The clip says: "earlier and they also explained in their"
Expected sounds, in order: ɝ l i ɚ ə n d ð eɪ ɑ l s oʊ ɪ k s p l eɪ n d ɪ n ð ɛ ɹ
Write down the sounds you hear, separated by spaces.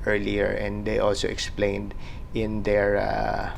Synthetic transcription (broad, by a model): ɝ l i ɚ ə n d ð eɪ ɑ l s oʊ ɪ k s p l eɪ n d ɪ n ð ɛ ɹ